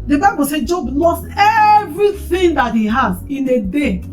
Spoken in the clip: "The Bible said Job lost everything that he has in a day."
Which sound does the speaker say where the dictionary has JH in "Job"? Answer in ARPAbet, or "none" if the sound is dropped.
JH